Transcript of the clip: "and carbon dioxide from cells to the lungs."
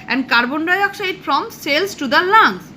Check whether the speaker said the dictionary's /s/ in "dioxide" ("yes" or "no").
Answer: no